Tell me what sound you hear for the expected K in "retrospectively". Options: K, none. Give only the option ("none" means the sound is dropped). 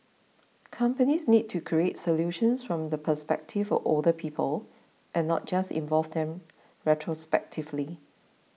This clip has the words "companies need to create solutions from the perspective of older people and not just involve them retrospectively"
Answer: K